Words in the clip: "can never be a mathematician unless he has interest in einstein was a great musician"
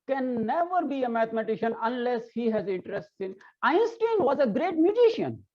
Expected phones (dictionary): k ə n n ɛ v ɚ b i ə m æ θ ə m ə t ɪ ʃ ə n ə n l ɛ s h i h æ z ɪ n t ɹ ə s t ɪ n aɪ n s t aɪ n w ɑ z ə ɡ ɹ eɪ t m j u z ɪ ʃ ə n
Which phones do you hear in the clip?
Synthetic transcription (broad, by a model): k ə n n ɛ v ɚ b i ə m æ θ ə m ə t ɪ ʃ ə n ə n l ɛ s h i h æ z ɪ n t ɹ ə s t ɪ n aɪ n s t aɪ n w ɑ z ə ɡ ɹ eɪ t m j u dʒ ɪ ʃ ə n